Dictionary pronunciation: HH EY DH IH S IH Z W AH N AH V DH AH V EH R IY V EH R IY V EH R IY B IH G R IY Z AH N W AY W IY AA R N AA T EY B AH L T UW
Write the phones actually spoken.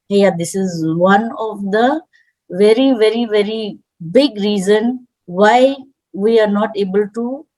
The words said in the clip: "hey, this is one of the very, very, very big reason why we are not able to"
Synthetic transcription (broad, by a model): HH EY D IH S IH Z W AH N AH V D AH V EH R IY V EH R IY V EH R IY B IH G R IY Z AH N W AY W IY AA R N AA T EY B AH L T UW